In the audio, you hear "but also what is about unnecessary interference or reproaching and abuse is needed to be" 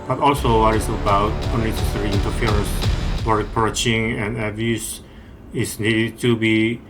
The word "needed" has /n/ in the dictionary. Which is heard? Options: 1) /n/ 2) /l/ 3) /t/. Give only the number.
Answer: 1